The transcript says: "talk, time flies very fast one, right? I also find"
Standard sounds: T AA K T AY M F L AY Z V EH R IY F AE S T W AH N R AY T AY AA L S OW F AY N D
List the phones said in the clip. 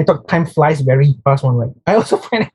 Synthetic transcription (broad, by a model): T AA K T AY M F L AY S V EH R IY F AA S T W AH N L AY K AY AA L S OW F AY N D